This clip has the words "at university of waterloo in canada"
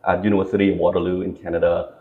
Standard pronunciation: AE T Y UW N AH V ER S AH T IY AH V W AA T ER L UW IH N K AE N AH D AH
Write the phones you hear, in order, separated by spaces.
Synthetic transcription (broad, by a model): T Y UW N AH ER S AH T IY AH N W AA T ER L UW IH N K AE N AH D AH